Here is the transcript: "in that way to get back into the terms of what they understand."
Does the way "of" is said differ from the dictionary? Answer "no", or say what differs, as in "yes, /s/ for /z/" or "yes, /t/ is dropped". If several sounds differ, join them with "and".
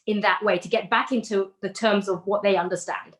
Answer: no